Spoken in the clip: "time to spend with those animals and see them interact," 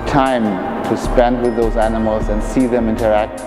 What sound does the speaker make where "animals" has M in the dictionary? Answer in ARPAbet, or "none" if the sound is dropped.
M